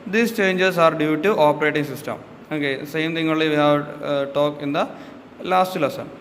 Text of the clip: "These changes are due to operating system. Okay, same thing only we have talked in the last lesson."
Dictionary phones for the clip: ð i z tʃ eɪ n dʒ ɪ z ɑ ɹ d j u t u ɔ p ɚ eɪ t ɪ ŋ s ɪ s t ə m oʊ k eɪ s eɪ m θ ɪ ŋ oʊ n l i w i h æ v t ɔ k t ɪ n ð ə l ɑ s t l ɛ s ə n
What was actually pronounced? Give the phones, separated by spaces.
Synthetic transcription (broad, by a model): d i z tʃ eɪ n dʒ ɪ s ɑ ɹ d j u t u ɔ p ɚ eɪ t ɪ ŋ s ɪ s t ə m oʊ k eɪ s eɪ m t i ŋ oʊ l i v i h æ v t ɔ k ɪ n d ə l ɑ s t l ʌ s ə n